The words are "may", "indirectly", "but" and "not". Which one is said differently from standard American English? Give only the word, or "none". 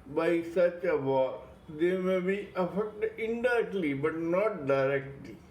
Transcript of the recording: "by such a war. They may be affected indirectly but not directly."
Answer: indirectly